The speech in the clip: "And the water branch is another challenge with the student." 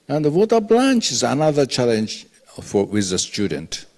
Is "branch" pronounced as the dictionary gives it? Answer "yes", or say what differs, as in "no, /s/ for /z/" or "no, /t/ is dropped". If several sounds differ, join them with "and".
no, /l/ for /ɹ/